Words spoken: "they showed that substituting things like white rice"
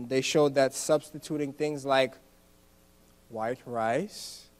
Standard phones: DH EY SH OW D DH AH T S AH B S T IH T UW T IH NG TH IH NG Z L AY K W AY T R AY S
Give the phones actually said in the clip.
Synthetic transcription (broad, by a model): DH EY SH OW D DH AH T S AH B S T IH T UW T IH NG TH IH NG Z L AY K W AY T R AY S